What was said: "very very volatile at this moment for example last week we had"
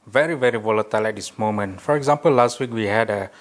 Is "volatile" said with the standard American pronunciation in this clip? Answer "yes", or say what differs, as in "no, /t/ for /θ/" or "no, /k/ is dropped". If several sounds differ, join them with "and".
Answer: yes